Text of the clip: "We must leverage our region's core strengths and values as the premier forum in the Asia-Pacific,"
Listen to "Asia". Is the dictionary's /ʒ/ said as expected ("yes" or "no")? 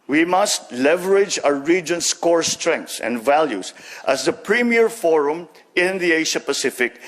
no